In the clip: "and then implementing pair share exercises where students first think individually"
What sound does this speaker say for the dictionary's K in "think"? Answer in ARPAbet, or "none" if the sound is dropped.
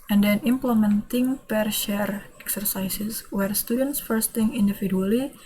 none